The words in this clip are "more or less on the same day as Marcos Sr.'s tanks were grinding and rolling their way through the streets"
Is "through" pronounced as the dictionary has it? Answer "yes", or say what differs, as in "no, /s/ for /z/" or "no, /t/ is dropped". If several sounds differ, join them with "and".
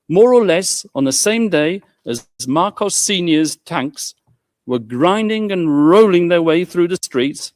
yes